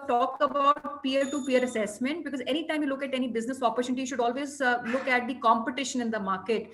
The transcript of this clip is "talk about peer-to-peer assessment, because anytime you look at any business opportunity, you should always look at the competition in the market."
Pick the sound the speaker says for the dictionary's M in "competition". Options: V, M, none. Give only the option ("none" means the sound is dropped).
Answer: M